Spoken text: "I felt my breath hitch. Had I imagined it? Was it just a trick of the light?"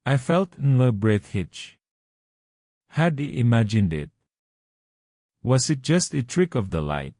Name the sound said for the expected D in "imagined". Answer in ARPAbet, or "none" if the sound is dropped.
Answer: D